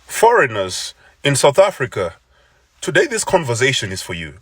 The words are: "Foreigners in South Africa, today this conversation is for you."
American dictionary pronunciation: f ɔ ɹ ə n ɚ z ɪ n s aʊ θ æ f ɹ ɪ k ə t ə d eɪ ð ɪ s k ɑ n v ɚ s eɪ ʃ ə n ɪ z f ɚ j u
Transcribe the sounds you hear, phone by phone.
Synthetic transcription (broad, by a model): f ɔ ɹ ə n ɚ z ɪ n s aʊ θ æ f ɹ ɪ k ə t ə d eɪ ð ɪ s k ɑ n v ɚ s eɪ ʃ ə n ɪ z f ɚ j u